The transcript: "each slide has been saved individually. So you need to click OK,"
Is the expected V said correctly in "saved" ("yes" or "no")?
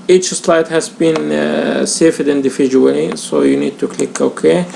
no